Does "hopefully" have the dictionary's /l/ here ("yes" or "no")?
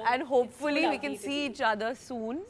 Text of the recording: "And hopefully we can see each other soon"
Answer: yes